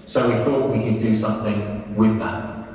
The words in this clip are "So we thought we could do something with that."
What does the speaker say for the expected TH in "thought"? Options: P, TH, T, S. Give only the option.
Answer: TH